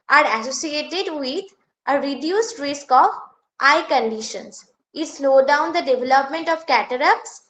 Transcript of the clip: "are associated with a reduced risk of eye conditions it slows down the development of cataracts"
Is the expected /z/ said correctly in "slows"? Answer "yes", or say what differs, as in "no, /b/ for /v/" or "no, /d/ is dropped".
no, /z/ is dropped